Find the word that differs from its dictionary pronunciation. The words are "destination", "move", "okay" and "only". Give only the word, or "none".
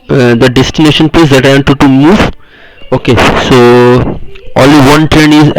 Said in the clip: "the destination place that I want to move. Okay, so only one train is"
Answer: only